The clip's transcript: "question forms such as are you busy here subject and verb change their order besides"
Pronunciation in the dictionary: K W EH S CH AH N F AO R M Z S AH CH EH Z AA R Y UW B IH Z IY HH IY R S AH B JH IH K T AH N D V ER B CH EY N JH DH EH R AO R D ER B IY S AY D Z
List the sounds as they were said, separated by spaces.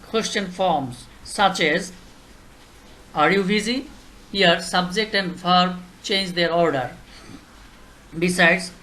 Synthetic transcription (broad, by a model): K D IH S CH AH N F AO R M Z S AH CH EH Z AA R Y UW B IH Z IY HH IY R S AH B JH IH K T AH N D F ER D CH EY N JH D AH R AO R D ER B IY S AY D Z